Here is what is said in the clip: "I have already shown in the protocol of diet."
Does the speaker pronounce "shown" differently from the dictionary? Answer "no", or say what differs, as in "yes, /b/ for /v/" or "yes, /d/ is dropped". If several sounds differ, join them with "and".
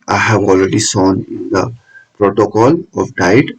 yes, /s/ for /ʃ/